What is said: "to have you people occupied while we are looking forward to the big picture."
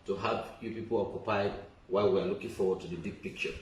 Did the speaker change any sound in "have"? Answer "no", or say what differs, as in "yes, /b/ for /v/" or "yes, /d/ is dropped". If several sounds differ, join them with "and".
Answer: yes, /p/ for /v/